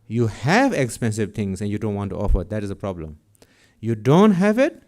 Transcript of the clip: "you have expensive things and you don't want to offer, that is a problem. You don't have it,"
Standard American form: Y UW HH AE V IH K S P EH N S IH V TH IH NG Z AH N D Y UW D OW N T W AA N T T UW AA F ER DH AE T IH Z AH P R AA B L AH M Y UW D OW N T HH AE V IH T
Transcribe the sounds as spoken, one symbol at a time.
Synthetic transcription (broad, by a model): Y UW HH AE V IH K S P EH N S IH V T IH NG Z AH N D Y UW D OW N T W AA N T T UW AA F ER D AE T IH Z AH P R AA B L AH M Y UW D OW N T HH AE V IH T